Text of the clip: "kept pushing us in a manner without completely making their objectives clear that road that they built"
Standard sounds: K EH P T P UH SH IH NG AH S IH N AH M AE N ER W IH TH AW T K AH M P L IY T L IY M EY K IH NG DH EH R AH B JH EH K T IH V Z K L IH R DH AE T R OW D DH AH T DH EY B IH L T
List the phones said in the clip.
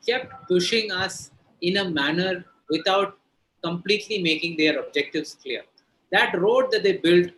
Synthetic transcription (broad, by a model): K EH P T P UH SH IH NG AH S IH N AH M AE N ER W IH T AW T K AH M P L IY T L IY M EY K IH NG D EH R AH B JH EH K T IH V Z K L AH R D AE T R OW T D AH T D EY B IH L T